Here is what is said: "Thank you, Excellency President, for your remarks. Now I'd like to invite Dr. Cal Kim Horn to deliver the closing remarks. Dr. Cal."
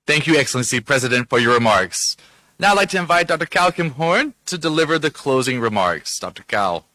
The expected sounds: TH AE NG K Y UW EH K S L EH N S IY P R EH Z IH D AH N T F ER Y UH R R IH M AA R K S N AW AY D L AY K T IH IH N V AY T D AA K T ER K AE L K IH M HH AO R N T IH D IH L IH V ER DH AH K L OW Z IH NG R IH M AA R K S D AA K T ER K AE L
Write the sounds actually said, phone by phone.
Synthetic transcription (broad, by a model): TH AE NG K Y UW EH K S L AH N S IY P R EH Z IH D AH N T F ER Y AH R R IH M AA R K S N AW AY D L AY K T IH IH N V AY T D AA K T ER K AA L K IH M HH AO R N T IH D IH L IH V ER DH AH K L OW Z IH NG R IH M AA R K S D AA K T ER K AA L